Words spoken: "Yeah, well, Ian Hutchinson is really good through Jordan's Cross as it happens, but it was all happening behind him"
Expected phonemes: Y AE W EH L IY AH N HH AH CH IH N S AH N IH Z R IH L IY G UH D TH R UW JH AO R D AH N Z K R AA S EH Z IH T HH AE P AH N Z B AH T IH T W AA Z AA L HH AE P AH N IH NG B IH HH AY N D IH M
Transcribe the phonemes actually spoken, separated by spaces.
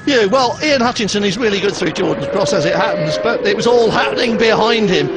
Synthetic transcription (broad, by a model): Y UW W EH L IY AH N HH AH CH IH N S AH N IH Z R IH L IY G UH D TH R UW JH AO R D N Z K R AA S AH Z IH T HH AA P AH N Z B AH T IH T W AA Z AA L HH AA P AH N IH NG B IH HH AY N D IH M